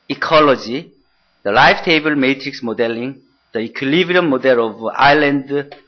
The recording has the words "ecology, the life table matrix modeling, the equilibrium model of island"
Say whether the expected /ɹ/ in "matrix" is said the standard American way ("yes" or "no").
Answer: yes